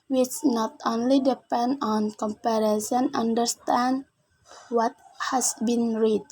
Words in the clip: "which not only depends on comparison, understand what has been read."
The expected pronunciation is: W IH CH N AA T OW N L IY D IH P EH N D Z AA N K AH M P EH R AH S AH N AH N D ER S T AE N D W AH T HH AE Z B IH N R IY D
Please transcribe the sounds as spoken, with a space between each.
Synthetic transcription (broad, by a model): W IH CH N AA T OW N L IY D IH P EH N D AA N K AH M P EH R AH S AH N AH N D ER S T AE N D W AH T HH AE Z B IH N R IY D